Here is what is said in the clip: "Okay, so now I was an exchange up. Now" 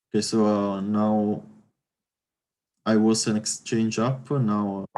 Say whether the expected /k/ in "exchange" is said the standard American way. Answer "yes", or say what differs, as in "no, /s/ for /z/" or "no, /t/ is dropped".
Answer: yes